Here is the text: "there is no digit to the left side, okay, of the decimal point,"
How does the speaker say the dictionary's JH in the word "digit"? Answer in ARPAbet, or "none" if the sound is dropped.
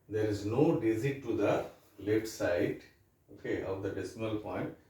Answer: Z